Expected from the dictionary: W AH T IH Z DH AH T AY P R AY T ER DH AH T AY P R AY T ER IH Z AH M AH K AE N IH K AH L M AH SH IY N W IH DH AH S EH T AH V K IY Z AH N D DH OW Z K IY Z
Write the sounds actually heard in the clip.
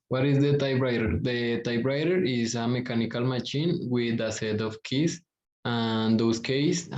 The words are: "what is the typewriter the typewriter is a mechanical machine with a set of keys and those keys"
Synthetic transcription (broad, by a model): W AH T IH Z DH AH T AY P R AY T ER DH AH T AY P R AY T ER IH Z AH M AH K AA N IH K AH L M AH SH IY N W IH DH AH S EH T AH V K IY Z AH N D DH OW S K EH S